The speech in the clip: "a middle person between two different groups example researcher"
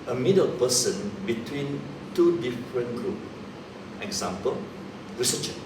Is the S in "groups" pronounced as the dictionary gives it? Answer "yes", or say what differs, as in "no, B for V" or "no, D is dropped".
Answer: no, S is dropped